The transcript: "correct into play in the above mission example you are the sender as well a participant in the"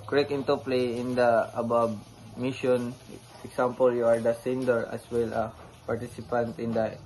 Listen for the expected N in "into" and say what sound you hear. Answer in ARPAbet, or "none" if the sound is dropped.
N